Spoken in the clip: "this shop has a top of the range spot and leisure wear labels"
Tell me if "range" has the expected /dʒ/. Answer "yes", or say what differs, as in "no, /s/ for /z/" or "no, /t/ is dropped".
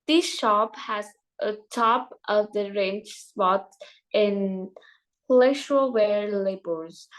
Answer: no, /tʃ/ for /dʒ/